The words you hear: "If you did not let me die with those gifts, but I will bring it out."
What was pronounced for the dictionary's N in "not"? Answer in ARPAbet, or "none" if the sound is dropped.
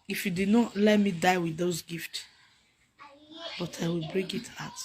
N